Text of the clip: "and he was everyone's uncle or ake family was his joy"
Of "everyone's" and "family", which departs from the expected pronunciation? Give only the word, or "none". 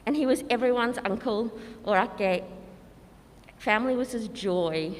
none